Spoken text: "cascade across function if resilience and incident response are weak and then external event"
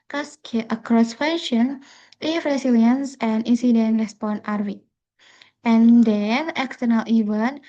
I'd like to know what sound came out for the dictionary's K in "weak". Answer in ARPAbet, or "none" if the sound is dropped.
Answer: none